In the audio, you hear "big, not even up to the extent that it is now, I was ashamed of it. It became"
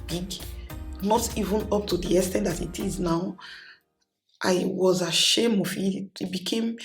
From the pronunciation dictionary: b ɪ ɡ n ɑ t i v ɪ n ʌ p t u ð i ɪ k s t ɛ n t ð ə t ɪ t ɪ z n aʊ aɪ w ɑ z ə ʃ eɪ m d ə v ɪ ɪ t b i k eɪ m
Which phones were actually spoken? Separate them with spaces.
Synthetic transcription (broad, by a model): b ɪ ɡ n ɑ t i v ɪ n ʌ p t u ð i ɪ s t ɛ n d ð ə t ɪ t ɪ z n aʊ aɪ w ɑ z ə ʃ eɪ m ə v ɪ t b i k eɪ m